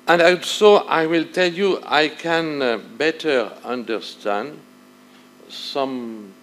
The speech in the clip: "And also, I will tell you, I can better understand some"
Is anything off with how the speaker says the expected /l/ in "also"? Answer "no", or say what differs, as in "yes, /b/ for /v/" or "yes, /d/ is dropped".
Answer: yes, /l/ is dropped